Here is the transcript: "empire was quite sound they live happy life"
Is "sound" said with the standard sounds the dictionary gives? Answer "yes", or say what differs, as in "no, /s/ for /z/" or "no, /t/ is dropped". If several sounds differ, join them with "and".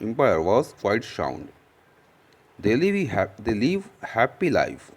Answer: no, /ʃ/ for /s/